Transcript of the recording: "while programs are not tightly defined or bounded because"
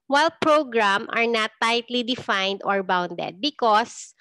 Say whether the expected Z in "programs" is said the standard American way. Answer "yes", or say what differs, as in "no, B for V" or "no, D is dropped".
no, Z is dropped